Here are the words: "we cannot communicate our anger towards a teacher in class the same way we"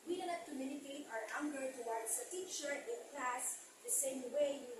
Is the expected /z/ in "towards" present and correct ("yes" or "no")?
no